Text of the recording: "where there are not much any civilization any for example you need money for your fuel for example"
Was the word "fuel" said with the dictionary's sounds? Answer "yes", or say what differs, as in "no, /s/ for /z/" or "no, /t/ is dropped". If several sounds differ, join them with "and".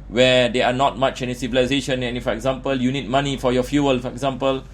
yes